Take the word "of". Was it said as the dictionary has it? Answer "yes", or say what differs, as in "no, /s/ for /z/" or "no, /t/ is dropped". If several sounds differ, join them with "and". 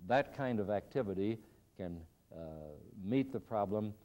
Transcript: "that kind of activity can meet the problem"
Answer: yes